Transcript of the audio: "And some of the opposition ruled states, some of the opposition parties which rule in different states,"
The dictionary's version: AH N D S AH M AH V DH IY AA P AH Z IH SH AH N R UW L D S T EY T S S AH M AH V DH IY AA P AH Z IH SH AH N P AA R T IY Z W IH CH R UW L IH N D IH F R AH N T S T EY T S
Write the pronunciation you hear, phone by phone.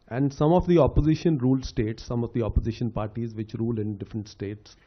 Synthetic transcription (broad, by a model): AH N D S AH M AH V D IY AA P AH Z IH SH AH N R UW L D S T EY T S S AH M AH V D IY AA P AH Z IH SH AH N P AA R T IY Z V IH CH R UW L IH N D IH F R AH N T S T EY T S